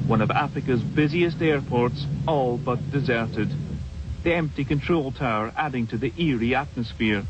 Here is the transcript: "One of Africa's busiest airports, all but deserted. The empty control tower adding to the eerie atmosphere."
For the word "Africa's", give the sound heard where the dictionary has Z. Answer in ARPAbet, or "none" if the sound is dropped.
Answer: Z